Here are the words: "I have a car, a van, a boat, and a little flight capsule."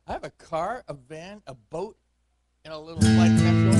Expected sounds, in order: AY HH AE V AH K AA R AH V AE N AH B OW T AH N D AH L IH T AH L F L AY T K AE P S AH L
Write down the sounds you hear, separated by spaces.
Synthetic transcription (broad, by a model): AY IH V AH K AA R AH V AE N AH B OW T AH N AH L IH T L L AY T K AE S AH